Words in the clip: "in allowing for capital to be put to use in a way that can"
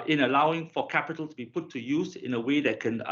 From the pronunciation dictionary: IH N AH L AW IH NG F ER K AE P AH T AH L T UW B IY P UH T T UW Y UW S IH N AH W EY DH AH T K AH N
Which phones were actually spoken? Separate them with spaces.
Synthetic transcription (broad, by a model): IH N AH L AW IH NG F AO K AE P AH T AH L T UW B IY P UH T T UW Y UW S IH N AH W EY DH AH T K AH N